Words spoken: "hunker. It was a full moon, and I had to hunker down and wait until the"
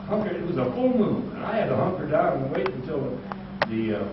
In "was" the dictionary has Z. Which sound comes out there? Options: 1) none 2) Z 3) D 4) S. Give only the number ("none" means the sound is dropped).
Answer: 2